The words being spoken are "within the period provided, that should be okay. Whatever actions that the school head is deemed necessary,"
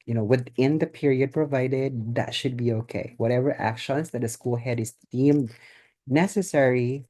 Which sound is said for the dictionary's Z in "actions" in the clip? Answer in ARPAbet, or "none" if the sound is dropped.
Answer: S